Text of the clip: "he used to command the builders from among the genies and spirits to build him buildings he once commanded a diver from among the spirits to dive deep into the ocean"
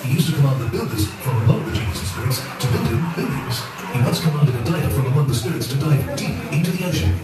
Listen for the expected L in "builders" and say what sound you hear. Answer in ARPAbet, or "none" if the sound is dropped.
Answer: L